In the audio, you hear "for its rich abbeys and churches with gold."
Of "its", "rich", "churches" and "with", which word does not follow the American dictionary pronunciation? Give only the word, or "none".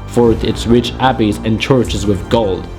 none